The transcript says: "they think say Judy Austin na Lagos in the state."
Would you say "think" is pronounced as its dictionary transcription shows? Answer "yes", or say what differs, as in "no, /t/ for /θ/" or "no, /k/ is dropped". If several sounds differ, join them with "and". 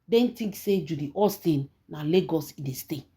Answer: no, /t/ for /θ/